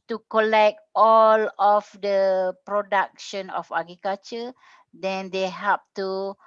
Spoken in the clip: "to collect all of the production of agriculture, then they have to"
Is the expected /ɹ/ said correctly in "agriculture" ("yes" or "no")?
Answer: no